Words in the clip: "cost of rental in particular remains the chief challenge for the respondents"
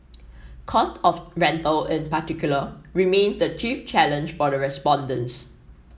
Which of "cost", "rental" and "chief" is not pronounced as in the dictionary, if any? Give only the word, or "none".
none